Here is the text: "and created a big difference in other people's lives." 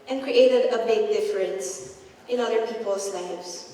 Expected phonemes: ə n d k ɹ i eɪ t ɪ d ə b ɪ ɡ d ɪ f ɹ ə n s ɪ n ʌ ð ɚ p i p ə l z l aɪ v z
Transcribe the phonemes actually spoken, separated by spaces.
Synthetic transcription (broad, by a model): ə n k ɹ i eɪ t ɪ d ə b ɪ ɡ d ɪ f ɹ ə n s ɪ n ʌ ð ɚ p i p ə l s l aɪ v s